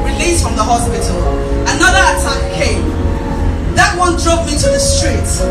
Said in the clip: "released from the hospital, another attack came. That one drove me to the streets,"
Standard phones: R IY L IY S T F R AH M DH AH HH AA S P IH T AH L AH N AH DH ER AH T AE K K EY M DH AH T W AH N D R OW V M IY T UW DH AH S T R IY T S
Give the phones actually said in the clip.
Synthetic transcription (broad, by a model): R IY L IY S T F R AH M DH AH HH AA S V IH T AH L AH N AH DH ER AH T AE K K EY M DH AH T W AH N D R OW P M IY T UW DH AH S T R IY T